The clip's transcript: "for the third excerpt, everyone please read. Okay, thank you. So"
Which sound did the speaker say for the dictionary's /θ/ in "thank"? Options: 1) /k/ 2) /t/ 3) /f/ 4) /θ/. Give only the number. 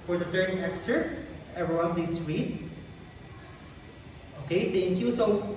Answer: 2